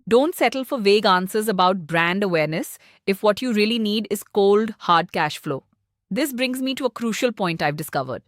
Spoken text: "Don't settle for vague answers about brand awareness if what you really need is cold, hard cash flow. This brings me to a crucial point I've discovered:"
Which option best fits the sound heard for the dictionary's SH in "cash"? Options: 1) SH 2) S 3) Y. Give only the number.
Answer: 1